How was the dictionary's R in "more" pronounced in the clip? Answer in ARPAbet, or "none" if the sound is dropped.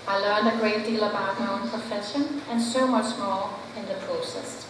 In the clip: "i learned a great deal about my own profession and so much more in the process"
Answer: L